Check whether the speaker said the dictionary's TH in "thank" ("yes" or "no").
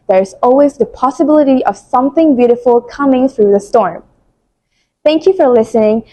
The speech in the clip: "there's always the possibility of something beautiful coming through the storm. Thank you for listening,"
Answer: yes